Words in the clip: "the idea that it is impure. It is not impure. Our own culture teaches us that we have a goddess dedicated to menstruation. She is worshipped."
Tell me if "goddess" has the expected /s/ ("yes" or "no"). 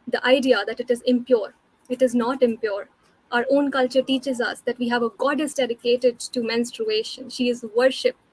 yes